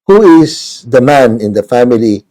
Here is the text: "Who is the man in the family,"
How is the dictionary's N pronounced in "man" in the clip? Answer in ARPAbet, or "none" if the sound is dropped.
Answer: N